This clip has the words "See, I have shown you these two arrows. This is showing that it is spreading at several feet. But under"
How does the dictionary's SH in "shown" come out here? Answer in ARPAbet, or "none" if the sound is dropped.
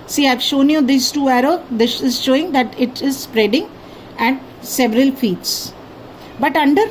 SH